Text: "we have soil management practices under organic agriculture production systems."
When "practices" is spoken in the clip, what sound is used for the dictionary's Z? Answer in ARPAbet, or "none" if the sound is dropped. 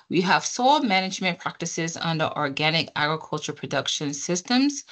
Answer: Z